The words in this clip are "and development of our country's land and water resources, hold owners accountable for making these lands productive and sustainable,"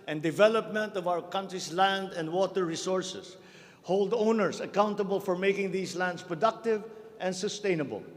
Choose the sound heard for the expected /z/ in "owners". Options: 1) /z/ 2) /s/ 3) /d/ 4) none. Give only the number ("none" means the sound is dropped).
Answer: 2